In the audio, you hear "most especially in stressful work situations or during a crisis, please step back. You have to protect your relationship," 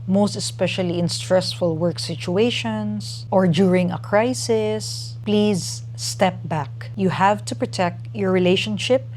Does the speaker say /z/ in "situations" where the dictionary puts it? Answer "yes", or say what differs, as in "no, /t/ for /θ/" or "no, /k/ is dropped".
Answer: no, /s/ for /z/